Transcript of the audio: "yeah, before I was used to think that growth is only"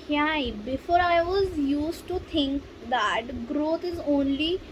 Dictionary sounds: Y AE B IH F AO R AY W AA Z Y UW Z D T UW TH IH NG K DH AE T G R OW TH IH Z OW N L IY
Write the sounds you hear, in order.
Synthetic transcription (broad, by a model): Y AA B IH F AO R AY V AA Z Y UW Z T T UW T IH NG K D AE T G R OW T IH Z OW N L IY